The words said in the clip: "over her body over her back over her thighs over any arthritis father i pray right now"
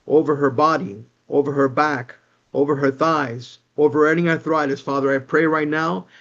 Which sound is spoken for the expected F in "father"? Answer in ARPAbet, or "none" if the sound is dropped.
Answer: F